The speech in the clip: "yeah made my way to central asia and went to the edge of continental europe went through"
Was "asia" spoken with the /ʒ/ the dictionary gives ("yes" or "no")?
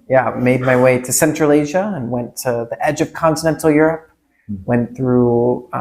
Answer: yes